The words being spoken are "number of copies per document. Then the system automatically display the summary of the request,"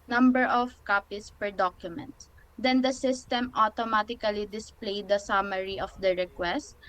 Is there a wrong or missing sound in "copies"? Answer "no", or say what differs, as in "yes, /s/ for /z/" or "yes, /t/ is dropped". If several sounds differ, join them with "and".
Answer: yes, /s/ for /z/